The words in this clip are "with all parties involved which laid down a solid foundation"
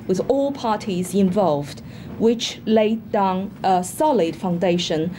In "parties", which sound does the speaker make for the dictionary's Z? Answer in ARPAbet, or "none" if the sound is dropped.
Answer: Z